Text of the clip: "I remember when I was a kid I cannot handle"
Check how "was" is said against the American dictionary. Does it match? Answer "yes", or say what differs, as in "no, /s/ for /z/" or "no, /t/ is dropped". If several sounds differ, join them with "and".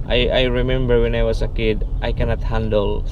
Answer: no, /s/ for /z/